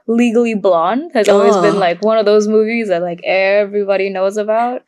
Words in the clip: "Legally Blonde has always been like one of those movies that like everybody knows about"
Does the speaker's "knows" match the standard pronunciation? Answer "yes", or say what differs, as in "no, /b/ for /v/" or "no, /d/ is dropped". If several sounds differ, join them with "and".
yes